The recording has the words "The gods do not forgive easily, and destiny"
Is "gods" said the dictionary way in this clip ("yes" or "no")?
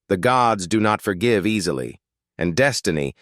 yes